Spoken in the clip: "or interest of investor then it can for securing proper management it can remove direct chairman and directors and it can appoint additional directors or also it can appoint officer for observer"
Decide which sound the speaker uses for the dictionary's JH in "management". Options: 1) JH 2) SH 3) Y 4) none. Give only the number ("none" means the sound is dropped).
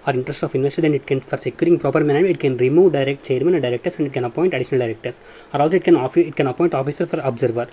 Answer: 4